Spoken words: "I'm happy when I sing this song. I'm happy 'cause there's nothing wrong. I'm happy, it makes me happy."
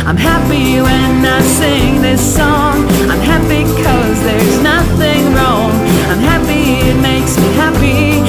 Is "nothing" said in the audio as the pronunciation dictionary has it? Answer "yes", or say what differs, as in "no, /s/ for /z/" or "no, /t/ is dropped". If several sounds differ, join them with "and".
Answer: yes